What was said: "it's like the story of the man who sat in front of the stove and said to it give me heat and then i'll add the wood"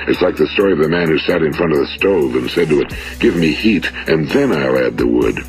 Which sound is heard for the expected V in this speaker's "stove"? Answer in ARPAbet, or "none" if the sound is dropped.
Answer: V